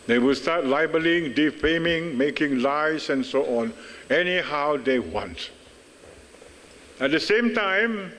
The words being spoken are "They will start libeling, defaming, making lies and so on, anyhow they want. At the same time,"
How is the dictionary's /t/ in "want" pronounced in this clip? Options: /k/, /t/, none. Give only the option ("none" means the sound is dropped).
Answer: /t/